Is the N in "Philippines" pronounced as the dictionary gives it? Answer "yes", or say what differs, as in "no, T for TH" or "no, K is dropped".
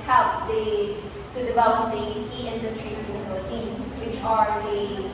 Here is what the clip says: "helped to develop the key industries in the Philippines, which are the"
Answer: no, N is dropped